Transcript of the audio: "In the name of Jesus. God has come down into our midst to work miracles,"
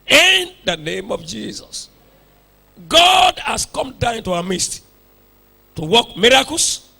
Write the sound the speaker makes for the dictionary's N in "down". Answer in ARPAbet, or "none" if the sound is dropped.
none